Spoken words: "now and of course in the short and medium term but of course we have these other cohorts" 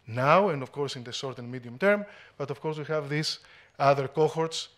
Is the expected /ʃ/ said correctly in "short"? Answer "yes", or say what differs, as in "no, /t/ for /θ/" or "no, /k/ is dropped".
no, /s/ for /ʃ/